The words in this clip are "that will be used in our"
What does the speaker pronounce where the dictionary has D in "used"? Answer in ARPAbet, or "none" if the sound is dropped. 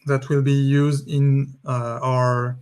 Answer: D